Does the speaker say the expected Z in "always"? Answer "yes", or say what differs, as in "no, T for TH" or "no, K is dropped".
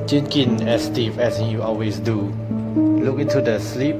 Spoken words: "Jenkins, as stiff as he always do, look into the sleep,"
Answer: no, S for Z